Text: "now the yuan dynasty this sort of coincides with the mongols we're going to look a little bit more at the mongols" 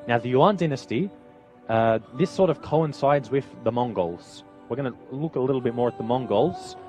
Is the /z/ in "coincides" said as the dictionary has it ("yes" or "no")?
yes